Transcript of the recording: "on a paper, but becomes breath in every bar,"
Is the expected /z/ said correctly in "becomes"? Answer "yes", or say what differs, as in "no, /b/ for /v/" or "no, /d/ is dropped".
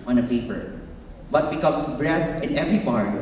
no, /s/ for /z/